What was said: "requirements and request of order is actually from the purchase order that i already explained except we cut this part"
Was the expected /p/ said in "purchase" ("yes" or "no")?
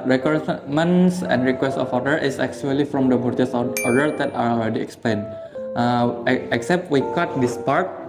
no